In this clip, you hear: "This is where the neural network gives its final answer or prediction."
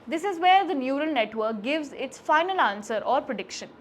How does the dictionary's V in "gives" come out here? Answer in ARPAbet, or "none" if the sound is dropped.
V